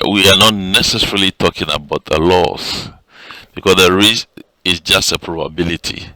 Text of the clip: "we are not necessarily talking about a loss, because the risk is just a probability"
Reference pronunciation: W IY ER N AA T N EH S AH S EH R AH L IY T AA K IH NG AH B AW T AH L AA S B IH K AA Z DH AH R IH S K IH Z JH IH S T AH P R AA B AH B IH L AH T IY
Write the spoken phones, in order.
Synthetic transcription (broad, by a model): W IY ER N AA T N EH S AH S EH R AH L IY T AA K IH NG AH B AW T AH L AA S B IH K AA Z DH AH R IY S IH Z JH IH S T AH P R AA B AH B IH L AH T IY